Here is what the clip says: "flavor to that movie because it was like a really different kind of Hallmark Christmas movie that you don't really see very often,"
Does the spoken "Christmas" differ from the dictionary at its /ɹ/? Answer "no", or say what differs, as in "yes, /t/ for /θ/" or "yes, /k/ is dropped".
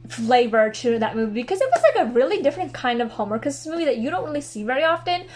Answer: yes, /ɹ/ is dropped